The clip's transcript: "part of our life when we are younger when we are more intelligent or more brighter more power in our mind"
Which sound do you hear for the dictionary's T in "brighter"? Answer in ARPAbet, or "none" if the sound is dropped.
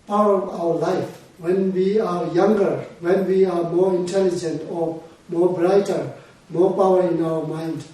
T